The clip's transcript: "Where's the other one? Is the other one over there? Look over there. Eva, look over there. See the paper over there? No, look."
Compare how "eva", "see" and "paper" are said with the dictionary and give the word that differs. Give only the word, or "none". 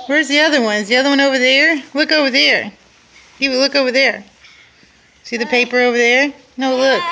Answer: eva